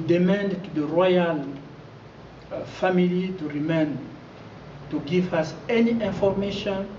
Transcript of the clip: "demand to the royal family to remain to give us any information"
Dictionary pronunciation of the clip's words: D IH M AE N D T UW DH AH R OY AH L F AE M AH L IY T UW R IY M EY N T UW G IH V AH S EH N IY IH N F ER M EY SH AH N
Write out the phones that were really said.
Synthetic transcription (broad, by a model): D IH M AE N D T UW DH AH R OY AH L F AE M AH L IY T UW R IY M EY N T UW G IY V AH S EH N IY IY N F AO M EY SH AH N